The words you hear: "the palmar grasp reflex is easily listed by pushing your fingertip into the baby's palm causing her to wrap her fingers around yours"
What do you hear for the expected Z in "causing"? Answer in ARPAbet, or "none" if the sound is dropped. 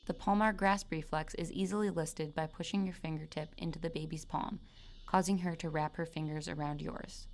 Z